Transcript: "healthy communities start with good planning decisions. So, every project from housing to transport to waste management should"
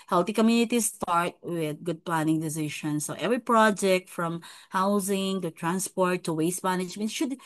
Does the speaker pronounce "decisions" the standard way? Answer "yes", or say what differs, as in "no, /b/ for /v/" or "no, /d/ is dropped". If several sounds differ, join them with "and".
no, /ʃ/ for /ʒ/